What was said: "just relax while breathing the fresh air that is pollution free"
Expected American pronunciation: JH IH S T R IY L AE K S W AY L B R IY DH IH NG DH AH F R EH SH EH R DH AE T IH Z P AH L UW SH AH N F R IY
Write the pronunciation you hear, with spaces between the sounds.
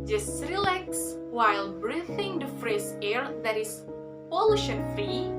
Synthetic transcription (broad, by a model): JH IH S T R IY L AE K S W AY L B R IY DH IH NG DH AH F R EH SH EH R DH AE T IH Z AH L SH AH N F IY